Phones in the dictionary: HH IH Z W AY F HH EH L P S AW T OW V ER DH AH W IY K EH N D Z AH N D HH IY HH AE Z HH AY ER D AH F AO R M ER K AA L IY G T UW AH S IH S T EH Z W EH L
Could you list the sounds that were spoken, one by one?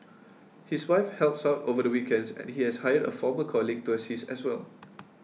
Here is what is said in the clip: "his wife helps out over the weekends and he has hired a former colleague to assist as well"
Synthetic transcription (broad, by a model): HH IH S W AY F HH EH L P S AW T OW V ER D AH W IY K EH N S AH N HH IY HH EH S HH AY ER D AH F AO M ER K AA L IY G T UW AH S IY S EH S W EH L